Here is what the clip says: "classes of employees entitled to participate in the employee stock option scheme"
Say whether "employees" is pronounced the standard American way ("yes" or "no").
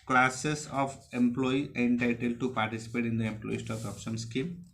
no